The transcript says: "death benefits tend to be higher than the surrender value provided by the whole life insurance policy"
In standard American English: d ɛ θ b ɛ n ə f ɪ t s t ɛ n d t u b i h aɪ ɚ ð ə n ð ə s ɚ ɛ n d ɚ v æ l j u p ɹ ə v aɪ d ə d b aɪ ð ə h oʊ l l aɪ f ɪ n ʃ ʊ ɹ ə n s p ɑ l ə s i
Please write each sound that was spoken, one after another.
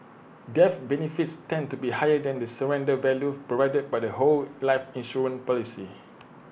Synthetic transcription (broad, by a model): d ɛ f b ɛ n ə f ɪ t s t ɛ n t u b i h aɪ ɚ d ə n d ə s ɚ ɛ n d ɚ v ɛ l j u p ɹ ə v aɪ d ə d b aɪ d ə h oʊ l l aɪ f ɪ n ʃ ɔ ɹ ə n p ɑ l ə s i